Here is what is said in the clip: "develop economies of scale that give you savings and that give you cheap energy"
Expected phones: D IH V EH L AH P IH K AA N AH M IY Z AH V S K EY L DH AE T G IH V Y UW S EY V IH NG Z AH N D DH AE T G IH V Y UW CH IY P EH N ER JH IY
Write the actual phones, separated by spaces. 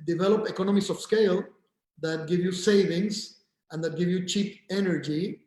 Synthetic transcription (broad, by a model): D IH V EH L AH P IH K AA N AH M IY S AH F S K EY L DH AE T G IH V Y UW S EY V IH NG S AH N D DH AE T G IH V Y UW CH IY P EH N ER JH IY